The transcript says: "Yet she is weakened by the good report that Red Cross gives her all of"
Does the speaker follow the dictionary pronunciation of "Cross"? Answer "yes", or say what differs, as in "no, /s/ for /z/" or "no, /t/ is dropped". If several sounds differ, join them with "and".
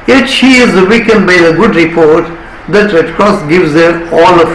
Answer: yes